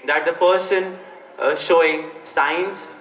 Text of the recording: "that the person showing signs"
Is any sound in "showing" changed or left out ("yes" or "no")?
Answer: no